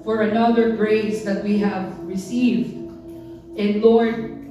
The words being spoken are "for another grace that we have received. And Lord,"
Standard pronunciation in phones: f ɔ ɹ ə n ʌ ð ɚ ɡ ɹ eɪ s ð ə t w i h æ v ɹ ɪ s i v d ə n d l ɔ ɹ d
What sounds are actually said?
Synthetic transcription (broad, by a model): f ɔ ɹ ə n ʌ ð ɚ ɡ ɹ eɪ s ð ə t w i h æ v ɹ ɪ s i v d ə n l ɔ ɹ d